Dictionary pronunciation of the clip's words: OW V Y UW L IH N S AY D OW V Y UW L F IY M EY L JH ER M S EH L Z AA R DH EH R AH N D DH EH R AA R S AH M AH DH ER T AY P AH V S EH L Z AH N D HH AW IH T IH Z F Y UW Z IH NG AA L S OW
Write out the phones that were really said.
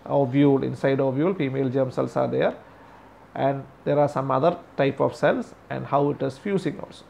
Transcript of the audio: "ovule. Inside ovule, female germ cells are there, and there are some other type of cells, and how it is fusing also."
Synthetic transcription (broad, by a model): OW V Y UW L IH N S AY D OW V Y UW L F IY M EY L JH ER M S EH L S AA R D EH R AH N D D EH R AA R S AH M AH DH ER T AY P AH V S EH L S AH N D HH AW IH T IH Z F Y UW S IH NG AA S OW